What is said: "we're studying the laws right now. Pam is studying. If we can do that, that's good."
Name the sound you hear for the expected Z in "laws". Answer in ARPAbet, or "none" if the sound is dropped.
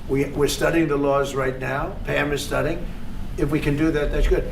Z